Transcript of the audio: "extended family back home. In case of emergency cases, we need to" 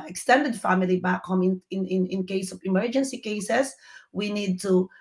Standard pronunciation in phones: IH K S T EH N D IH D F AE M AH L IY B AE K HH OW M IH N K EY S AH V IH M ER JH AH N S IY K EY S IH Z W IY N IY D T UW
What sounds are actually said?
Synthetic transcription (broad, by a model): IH K S T EH N D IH D F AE M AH L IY B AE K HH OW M IH N K EY S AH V IH M ER JH AH N S IY K EY S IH S W IY N IY D T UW